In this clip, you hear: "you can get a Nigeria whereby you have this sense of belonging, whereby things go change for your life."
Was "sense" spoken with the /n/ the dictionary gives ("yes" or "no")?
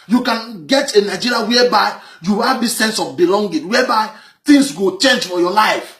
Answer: yes